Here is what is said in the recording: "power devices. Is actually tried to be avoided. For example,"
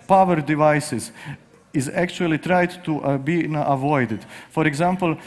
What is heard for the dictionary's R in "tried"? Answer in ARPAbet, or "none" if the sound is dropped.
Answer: R